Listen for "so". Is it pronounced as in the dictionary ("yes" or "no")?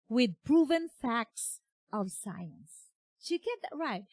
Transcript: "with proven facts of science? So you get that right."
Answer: no